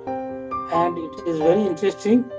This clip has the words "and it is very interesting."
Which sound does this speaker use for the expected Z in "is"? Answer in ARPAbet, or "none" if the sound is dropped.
Z